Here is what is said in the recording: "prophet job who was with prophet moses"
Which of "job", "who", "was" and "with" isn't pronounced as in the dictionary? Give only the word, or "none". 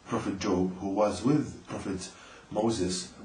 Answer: none